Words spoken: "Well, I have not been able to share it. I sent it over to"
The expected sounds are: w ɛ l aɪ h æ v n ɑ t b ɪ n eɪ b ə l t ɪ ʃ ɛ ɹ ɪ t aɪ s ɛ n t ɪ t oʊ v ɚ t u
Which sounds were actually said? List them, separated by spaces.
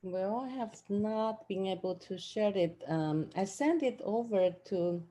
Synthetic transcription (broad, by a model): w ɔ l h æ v n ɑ t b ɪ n eɪ b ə l t ɪ ʃ ɛ ɹ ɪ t aɪ s ɛ n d ɪ t oʊ v ɚ t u